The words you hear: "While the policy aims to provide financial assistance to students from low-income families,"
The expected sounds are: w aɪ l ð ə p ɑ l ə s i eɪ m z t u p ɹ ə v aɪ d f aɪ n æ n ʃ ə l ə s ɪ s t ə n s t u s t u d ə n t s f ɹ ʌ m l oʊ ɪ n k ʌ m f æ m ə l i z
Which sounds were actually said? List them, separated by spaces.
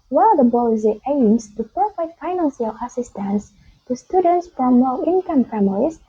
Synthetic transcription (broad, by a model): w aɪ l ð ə b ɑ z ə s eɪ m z t u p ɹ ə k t f aɪ n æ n s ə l ə s ɪ s t ə n s t u s t u d ə n t s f ɹ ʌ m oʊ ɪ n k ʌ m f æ m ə l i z